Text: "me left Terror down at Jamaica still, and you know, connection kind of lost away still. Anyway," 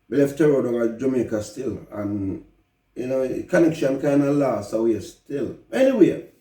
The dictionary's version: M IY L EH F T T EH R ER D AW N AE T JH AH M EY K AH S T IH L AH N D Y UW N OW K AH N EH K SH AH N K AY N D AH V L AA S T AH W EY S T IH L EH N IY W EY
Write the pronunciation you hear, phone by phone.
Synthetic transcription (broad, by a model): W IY L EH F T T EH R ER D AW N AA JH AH M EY K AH S T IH L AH N Y UW N OW K AH N EH K SH AH N K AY N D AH L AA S AH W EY S T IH L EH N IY W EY